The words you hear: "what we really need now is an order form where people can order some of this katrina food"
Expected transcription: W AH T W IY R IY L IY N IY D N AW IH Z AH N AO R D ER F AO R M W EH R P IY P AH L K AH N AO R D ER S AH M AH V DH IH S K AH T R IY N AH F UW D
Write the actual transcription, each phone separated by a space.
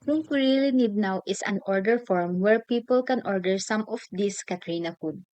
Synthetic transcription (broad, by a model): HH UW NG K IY R IY L IY N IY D N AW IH S AH N AO R D ER F AO R M W EH R P IY P AH L K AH N AO R D ER S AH M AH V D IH S K AH T R IY N AH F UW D